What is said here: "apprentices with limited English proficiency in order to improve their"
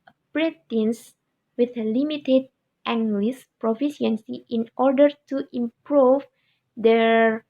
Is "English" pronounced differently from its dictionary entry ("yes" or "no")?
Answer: yes